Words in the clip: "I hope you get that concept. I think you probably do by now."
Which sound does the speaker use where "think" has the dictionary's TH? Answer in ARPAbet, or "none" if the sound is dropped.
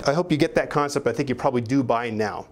TH